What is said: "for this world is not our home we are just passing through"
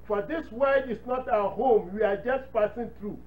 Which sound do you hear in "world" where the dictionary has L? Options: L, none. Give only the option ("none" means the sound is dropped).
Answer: none